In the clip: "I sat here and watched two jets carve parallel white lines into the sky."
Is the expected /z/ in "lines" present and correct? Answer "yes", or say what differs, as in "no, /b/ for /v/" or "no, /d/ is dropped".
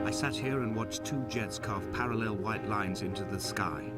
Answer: yes